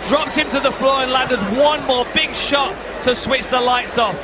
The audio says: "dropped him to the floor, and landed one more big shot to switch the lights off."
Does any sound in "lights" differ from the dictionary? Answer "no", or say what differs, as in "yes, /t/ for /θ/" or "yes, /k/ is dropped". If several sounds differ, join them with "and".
no